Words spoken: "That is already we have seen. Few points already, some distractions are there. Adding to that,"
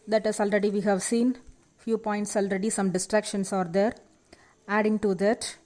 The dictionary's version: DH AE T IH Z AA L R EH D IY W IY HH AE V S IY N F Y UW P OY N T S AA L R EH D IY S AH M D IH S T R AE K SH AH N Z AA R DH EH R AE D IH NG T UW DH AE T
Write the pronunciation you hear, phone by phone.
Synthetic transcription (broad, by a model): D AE T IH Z AA L R EH D IY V IY HH AE V S IY N F Y UW P OY N T S AA L R EH D IY S AH M D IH S T R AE K SH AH N S AA R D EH R AE D IH NG T UW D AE T